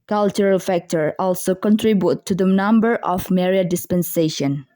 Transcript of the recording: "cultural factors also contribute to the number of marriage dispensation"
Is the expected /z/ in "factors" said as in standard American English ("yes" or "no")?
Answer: no